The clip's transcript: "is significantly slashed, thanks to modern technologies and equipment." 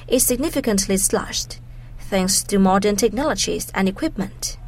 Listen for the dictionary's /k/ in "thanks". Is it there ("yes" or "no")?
yes